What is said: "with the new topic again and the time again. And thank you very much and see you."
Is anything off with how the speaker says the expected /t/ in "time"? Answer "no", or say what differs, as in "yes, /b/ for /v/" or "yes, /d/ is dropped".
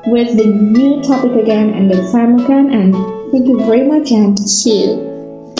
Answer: yes, /s/ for /t/